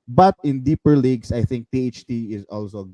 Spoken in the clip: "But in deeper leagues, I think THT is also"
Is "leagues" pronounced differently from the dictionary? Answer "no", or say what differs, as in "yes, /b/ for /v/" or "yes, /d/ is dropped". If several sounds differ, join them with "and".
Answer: yes, /s/ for /z/